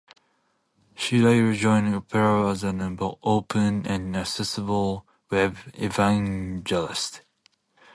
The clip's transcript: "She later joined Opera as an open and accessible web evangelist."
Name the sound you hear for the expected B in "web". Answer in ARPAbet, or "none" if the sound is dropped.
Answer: none